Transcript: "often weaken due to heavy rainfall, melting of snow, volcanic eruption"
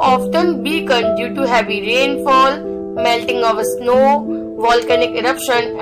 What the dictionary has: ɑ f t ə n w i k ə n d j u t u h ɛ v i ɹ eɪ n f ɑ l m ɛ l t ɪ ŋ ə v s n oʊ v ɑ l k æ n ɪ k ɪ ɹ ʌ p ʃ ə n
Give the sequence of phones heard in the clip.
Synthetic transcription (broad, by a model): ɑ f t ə n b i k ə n d j u t u h ɛ v i ɹ eɪ n f ɑ l m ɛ l t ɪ ŋ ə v s n oʊ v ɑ l k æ n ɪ k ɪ ɹ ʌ p ʃ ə n